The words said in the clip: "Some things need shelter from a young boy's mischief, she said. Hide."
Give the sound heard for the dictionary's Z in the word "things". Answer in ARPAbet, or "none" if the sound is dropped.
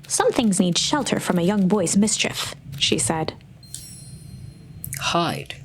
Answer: Z